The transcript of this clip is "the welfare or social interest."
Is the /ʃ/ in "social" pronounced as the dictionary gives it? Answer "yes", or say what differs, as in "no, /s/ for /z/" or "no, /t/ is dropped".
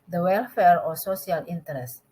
no, /s/ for /ʃ/